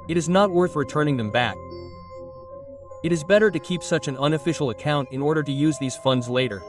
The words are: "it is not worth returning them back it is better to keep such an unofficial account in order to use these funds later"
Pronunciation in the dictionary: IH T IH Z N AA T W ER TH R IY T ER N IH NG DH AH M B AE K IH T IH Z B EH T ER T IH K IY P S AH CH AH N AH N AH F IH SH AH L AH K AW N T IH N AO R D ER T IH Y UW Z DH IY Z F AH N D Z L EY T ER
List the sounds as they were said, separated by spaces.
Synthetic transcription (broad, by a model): IH T IH Z N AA T W ER TH R IY T ER N IH NG DH AH M B AE K IH T IH Z B EH T ER T IH K IY P S AH CH AH N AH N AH F IH SH L AH K AW N T IH N AO R D ER T IH Y UW Z DH IY Z F AH N D Z L EY T ER